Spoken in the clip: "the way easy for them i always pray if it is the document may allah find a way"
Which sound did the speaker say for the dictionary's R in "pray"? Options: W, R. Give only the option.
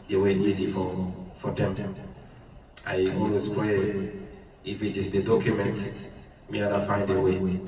W